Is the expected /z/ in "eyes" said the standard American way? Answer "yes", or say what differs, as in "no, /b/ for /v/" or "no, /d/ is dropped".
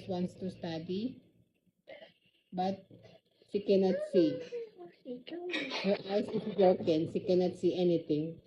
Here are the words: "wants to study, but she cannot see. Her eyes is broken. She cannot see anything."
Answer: no, /s/ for /z/